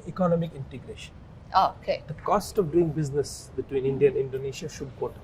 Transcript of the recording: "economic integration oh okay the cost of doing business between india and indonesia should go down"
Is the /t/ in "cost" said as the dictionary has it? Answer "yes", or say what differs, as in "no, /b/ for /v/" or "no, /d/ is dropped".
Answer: yes